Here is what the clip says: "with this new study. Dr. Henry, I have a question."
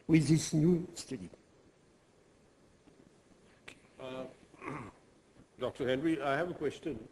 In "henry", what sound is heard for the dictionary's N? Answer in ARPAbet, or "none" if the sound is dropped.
N